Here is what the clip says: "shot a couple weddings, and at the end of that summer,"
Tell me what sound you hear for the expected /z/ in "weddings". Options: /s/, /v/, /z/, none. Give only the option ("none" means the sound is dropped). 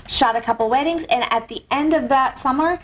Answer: /z/